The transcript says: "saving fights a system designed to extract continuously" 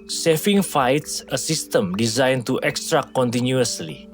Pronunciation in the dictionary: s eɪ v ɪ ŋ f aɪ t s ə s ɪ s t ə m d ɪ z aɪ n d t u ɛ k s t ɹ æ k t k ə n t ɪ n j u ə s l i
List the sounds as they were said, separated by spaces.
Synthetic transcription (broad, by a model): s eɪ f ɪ ŋ f aɪ t s ə s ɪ s t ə m d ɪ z aɪ n t u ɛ k s t ɹ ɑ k k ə n t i n j u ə s l i